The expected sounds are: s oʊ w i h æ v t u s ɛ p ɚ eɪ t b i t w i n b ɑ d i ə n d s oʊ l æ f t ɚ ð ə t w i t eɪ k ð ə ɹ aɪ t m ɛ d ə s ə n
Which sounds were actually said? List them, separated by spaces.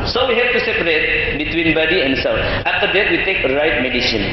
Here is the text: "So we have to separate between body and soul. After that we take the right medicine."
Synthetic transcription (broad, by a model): s oʊ w i h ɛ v t u s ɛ p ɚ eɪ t b i t w i n b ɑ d i ə n d s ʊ n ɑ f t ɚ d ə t w i t eɪ k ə ɹ aɪ t m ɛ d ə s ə n